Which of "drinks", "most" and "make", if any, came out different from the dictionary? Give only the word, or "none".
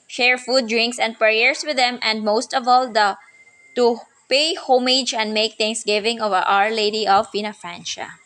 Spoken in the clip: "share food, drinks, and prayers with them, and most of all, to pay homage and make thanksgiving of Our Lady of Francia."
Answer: none